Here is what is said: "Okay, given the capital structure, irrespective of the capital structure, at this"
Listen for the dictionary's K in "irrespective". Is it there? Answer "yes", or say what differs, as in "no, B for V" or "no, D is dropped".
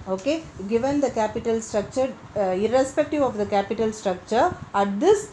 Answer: yes